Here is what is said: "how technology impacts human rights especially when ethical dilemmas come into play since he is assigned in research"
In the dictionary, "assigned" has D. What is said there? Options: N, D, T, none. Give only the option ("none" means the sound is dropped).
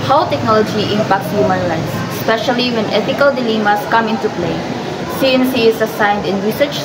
D